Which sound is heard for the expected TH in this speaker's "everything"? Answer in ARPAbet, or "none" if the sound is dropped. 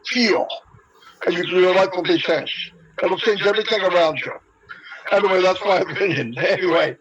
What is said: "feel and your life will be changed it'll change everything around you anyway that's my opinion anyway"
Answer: TH